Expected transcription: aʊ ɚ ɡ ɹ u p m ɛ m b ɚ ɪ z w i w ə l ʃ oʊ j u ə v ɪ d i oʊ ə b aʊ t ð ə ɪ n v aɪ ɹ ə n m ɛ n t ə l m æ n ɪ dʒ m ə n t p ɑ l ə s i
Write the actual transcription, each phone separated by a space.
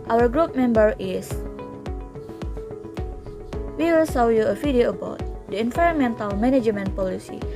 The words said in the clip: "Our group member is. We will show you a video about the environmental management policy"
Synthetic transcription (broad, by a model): aʊ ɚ ɡ ɹ u p m ɛ m b ɚ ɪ s w i w ə l s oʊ j u ə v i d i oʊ ə b aʊ t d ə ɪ n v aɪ ɹ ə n m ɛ n t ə l m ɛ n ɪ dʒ m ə n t p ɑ l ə s i